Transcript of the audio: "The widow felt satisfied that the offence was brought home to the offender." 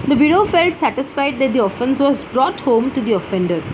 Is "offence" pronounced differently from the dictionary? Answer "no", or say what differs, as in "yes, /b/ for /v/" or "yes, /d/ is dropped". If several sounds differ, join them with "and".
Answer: no